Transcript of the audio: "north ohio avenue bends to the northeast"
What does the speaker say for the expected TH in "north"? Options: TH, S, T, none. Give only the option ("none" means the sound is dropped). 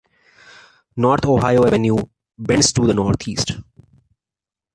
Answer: T